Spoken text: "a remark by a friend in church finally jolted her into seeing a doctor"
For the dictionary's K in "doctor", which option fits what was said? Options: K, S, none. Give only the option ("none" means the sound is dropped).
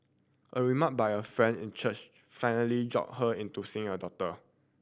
none